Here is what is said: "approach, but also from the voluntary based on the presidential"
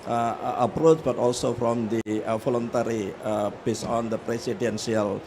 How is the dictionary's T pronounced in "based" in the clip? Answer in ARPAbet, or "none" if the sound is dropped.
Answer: none